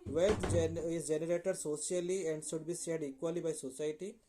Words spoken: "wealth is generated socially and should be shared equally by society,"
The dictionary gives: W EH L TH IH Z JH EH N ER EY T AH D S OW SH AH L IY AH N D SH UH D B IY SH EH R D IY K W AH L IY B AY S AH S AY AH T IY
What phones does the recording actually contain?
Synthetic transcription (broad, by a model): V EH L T IH Z JH EH N ER EY T AH D S OW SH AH L IY AH N D S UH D B IY S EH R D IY K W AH L IY B AY S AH S AY T IY